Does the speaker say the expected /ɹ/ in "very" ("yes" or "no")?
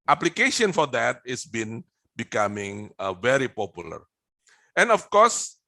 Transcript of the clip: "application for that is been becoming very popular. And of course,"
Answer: yes